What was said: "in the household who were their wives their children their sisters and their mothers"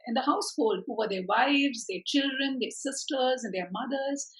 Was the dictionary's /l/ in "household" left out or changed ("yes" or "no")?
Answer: no